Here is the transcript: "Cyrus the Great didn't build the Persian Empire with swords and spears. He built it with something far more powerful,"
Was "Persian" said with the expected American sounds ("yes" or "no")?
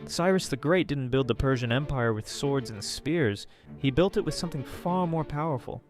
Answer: yes